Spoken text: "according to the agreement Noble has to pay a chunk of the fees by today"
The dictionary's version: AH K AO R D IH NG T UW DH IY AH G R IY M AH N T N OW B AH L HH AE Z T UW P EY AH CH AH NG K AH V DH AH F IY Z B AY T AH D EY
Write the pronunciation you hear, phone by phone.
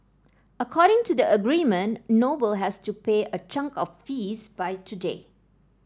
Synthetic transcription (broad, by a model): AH K AO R D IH NG T UW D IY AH G R IY M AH N N OW B AH L HH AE S T UW P EY AH CH AH NG K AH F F IY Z B AY T AH D EY